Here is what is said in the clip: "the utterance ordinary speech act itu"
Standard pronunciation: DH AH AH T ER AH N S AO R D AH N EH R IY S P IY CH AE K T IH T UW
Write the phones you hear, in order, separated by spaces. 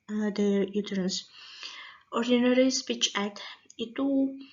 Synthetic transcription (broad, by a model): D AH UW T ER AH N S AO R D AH N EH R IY S P IY CH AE T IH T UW